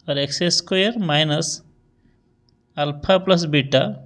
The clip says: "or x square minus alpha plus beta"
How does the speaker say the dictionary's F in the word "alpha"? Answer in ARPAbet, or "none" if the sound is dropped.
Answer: P